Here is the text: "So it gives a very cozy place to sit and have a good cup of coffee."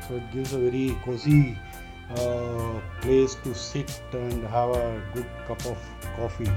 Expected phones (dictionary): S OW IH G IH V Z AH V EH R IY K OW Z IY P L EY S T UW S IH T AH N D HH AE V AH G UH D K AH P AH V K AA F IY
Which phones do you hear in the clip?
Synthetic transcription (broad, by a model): S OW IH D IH Z AH V EH R IY K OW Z IY P L EY S T UW S IH T AH N D HH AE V AH G UH D K AH P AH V K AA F IY